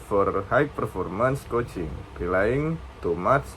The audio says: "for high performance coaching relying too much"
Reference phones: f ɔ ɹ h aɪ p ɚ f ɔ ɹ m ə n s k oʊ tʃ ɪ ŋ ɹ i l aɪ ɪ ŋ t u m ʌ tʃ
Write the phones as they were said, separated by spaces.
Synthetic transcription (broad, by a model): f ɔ ɹ h aɪ p ɚ f ɔ ɹ m ə n s k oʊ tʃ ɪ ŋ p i l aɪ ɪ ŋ t u m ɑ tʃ